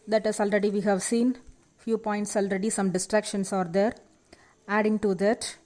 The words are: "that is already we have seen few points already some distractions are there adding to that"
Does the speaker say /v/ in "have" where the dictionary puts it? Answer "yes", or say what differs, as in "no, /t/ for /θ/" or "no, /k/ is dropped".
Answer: yes